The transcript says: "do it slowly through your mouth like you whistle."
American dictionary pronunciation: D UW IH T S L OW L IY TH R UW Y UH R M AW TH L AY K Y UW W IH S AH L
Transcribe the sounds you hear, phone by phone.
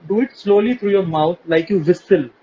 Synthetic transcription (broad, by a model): D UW IH T S L OW L IY T R UW Y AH R M AW T L AY K Y UW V IH S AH L